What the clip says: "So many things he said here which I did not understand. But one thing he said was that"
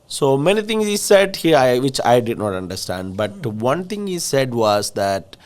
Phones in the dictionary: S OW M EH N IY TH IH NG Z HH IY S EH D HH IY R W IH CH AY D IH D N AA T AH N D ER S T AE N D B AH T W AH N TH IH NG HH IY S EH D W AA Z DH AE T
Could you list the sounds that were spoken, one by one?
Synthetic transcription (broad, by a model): S OW M EH N IY T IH NG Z HH IY S EH D HH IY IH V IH CH AY D IH D N AA T AH N D ER S T AE N D B AH T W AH N T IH NG HH IY S EH D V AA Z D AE T